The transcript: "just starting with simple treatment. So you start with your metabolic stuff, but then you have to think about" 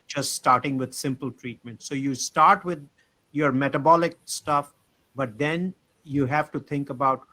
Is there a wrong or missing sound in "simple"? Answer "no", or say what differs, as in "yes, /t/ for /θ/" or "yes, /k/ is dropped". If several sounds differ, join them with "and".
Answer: no